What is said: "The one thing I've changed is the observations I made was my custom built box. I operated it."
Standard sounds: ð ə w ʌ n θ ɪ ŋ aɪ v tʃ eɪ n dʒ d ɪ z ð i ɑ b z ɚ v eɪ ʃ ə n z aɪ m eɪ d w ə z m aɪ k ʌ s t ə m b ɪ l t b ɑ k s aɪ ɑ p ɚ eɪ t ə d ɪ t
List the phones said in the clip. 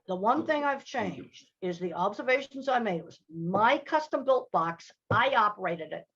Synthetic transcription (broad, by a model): ð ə w ʌ n θ ɪ ŋ aɪ v tʃ eɪ n dʒ d ɪ z ð i ɑ b z ɚ v eɪ ʃ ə n z aɪ m eɪ d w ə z m aɪ k ʌ s t ə m b ɪ l t b ɑ k s aɪ ɑ p ɚ eɪ t ə d ɪ t